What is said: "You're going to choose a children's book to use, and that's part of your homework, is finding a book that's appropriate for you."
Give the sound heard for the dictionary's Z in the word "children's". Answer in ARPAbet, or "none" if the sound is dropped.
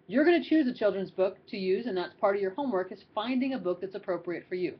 Z